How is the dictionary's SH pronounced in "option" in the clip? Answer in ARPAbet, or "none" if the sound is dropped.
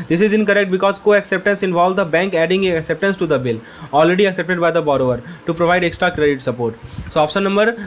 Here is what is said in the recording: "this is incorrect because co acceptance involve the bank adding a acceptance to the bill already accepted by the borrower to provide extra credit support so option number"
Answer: S